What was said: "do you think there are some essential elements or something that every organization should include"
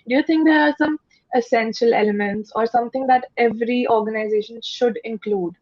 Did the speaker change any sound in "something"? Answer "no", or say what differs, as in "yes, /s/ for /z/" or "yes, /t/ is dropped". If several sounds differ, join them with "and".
yes, /t/ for /θ/